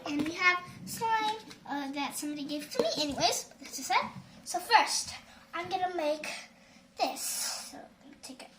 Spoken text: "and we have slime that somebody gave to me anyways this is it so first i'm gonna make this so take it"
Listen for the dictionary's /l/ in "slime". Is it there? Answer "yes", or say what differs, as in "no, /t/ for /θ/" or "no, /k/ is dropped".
no, /l/ is dropped